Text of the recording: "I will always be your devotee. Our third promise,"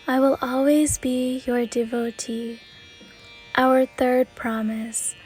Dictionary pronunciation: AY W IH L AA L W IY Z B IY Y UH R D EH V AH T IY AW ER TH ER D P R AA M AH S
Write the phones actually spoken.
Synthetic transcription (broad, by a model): AY W IH L AA L W IY Z B IY Y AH R D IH V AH T IY AW ER TH ER D P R AA M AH S